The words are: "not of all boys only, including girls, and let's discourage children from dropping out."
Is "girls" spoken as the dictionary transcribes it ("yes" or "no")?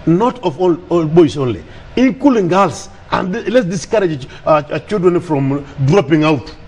no